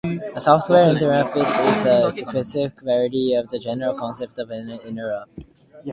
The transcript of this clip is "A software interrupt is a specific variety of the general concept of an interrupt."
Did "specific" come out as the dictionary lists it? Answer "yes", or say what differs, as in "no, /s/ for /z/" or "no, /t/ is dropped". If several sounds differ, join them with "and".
no, /p/ is dropped